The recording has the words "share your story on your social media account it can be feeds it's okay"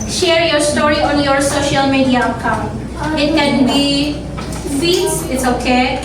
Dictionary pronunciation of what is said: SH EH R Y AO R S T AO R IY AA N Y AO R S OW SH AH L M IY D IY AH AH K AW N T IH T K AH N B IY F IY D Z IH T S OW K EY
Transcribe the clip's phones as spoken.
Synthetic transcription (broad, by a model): SH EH R Y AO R S T AO R IY AA N Y AO R S OW SH AH L M IY D IY AH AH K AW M IH T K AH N B IY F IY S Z IH T S OW K EY